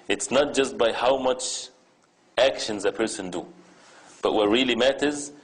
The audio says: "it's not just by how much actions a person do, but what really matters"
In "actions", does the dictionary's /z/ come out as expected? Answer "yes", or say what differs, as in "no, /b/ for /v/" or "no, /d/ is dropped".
yes